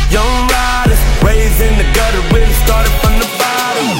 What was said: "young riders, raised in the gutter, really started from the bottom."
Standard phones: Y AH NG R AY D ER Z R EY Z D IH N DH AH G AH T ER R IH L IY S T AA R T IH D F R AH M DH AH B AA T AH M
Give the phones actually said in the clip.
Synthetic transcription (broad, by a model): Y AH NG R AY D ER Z R EY Z IH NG DH AH G AH T ER W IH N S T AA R T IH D F R AH M DH AH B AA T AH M